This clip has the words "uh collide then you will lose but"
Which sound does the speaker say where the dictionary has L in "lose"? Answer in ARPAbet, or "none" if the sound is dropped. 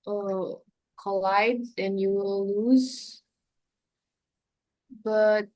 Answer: L